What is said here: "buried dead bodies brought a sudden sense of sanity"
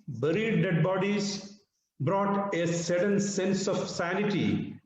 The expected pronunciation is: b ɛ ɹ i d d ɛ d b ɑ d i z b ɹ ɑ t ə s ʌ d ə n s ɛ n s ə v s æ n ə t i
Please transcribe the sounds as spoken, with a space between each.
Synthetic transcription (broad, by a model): b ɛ ɹ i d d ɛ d b ɑ d i z b ɹ ɑ t ə s ʌ d ə n s ɛ n s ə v s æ n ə t i